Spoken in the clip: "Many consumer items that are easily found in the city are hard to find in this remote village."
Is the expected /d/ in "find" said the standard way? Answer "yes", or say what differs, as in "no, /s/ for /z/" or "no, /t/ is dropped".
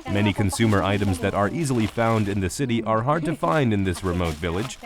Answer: yes